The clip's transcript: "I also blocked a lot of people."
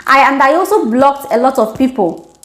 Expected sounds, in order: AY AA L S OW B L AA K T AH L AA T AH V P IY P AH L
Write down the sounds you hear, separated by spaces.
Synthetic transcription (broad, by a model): AY AA L S OW B L AA K T AH L AA T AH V P IY P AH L